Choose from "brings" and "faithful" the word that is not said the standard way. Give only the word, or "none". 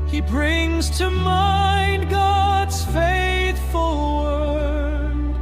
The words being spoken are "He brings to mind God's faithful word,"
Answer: none